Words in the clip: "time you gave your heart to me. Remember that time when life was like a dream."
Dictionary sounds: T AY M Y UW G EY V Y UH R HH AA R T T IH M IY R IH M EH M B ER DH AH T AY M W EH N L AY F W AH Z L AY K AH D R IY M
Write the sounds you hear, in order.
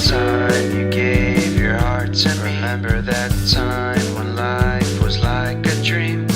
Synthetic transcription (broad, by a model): T AY M Y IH G EY V Y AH R HH AA R T S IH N R IH M EH M B ER DH AH T AY M W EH N L AY F W AH Z L AY K AH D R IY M